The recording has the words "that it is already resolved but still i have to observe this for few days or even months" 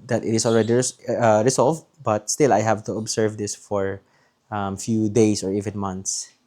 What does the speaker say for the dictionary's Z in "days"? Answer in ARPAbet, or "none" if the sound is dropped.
S